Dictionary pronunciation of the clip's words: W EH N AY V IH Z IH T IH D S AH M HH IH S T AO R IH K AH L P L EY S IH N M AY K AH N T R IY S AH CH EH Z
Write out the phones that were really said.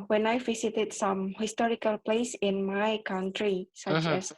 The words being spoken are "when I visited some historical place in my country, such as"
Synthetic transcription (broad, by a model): W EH N AY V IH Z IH T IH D S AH M HH IH S T AO R IH K AH L P L EY S IH N M AY K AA N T R IY S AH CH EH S